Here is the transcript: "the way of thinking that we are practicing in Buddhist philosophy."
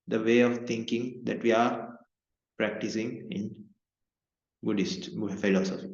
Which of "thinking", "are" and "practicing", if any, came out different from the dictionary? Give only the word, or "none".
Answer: thinking